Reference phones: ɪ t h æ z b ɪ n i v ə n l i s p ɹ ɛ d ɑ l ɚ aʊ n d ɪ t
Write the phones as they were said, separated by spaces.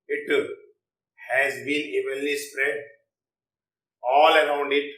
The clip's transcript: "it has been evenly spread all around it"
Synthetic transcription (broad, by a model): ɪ t h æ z b ɪ n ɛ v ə l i s p ɹ ɛ d ɑ l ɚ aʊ n d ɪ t